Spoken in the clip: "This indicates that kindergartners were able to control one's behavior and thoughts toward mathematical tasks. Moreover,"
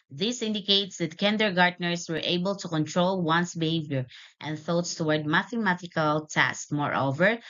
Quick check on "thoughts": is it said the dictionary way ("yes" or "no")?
yes